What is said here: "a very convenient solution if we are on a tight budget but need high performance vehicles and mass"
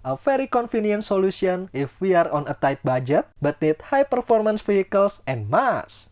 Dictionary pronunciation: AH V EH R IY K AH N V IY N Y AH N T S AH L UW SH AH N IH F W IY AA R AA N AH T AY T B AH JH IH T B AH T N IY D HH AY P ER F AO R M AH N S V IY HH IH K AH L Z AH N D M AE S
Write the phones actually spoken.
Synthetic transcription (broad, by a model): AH F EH R IY K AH N F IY N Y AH N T S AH L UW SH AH N IH F W IY AA R AA N AH T AY T B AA JH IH T B AH T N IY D HH AY P ER F AO R M AH N S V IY HH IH K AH L S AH N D M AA S